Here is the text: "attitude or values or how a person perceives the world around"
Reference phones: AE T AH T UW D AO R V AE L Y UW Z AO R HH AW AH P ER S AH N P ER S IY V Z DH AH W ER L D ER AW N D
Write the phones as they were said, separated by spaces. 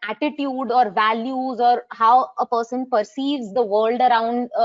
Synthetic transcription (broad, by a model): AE T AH T UW D AO R V AE L Y UW Z AO R HH AW AH P ER S AH N P ER S IY V Z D AH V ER L D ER AW N D